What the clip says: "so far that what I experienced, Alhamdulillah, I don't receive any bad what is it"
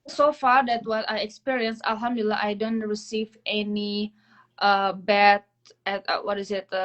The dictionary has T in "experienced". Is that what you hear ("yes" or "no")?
no